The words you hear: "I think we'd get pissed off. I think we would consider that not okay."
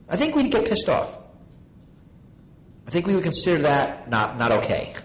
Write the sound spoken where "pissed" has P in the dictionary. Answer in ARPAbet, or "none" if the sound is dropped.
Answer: P